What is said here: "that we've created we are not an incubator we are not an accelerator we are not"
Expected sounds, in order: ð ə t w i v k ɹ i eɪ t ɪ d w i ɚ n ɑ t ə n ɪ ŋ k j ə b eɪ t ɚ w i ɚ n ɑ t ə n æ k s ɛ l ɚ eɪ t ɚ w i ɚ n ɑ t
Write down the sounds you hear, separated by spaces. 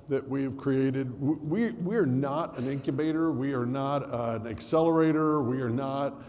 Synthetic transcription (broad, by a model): ð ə t w i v k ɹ i eɪ t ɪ d w i ɚ n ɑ t ə n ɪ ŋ k j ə b eɪ t ɚ w i ɚ n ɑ t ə n æ k s ɛ l ɚ eɪ t ɚ w i ɚ n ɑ t